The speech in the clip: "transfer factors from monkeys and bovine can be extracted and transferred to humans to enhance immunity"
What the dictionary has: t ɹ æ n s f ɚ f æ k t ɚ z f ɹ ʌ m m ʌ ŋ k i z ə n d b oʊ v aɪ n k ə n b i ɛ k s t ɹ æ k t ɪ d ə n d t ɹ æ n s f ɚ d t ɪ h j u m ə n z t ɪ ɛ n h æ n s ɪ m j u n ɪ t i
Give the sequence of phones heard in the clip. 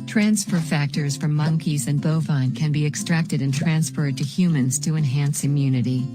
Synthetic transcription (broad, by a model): t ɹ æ n s f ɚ f æ k t ɚ z f ɹ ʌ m m ʌ ŋ k i z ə n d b oʊ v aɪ n k ə n b i ɛ k s t ɹ æ k t ɪ d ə n t ɹ æ n s f ɚ d t ɪ h j u m ə n z t ɪ ɛ n h æ n s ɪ m j u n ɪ t i